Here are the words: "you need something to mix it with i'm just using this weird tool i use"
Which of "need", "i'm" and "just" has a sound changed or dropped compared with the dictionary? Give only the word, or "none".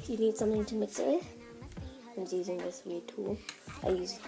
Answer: just